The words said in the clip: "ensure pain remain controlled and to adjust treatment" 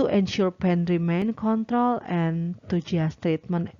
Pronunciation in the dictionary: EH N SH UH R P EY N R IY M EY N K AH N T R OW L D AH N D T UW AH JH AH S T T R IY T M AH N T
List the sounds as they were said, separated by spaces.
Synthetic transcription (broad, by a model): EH N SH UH R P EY N R IY M EY N K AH N T R OW L AH N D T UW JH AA S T T R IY T M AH N